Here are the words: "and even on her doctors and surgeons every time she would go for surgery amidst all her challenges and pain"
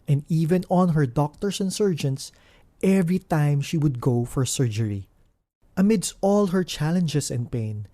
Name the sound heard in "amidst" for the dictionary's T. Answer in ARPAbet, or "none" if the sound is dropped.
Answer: T